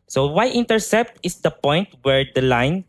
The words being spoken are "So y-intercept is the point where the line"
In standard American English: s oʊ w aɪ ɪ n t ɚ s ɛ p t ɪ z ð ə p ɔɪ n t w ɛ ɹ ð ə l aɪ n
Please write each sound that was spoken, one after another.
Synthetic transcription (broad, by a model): s oʊ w aɪ ɪ n t ɚ s ɛ p t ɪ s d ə p ɔɪ n t w ɛ ɹ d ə l aɪ n